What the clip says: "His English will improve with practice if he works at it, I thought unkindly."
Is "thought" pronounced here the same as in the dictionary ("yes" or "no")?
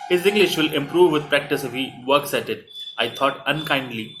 no